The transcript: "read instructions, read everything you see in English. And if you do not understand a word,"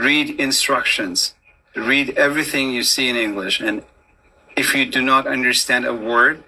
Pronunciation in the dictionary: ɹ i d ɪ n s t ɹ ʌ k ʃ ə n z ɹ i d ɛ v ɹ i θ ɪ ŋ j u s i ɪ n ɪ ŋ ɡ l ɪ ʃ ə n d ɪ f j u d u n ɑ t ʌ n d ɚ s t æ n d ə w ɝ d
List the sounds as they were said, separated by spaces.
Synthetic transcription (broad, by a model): ɹ i d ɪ n s t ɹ ʌ k ʃ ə n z ɹ i d ɛ v ɹ i θ ɪ ŋ j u s i ɪ n ɪ ŋ ɡ l ɪ ʃ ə n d ɪ f j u d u n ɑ t ʌ n d ɚ s t æ n d ə w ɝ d